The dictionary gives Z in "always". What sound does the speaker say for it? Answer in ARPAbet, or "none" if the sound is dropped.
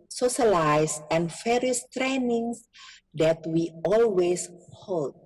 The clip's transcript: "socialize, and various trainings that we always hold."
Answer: S